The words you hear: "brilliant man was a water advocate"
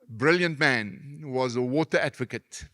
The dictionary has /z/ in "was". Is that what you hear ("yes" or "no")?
yes